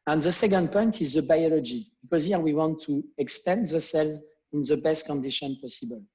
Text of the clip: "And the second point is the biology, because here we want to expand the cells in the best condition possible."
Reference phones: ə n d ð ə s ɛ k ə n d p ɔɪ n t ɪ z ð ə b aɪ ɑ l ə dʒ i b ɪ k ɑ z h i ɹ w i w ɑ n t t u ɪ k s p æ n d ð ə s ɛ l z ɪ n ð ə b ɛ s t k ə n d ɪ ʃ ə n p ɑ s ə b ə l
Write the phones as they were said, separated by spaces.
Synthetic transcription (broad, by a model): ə n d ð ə s ɛ k ə n d p ɔɪ n t ɪ z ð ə b aɪ ɑ l ə dʒ i b ɪ k ɑ z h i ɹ w i w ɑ n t t u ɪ k s p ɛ n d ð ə s ɛ l z ɪ n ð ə b ɛ s t k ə n d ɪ ʃ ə n p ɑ s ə b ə l